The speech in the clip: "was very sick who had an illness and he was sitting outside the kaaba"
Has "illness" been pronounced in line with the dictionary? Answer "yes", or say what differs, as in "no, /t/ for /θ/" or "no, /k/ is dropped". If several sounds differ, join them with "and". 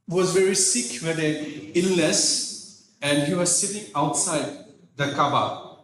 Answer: no, /n/ is dropped